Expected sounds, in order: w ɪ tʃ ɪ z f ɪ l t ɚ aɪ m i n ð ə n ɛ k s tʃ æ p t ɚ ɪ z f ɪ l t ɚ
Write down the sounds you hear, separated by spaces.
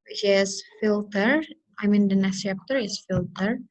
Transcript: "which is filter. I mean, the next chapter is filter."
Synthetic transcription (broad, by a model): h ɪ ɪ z f ɪ l t ɚ aɪ m i n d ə n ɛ s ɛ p t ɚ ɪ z f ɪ l t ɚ